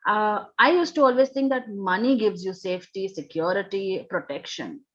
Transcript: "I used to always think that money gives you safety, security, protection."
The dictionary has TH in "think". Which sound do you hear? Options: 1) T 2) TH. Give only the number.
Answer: 1